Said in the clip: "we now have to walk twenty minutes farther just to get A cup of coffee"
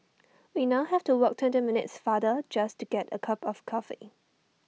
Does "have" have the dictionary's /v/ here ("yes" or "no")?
no